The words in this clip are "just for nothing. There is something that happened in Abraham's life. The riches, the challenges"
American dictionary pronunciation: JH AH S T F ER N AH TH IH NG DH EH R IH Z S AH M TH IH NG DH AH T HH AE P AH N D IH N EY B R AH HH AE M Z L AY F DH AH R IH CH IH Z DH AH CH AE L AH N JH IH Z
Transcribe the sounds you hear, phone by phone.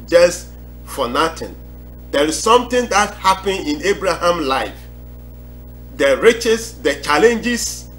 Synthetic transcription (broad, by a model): JH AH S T F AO N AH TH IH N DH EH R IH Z S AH M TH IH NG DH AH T HH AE P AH N IH N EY B R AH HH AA M L AY F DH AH R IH CH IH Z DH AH CH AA L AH N JH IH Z